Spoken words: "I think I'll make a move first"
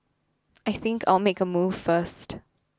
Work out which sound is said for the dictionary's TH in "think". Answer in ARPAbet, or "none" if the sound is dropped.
TH